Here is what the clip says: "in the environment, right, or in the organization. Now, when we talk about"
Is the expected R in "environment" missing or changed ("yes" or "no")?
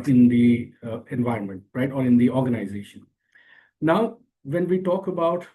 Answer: no